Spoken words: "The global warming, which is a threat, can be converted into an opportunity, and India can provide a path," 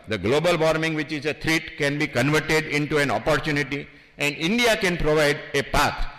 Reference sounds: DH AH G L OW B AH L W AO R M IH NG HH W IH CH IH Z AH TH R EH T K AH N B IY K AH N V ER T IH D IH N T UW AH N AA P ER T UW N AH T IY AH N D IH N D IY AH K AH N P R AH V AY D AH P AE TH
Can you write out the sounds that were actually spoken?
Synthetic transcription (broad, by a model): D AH G L OW B AH L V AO R M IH NG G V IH CH IH Z AH T R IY T K AH N B IY K AH N V ER T IH D IH N T UW AH N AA P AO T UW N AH T IY AH N D IH N D IY AH K AH N P R AH V AY D AH P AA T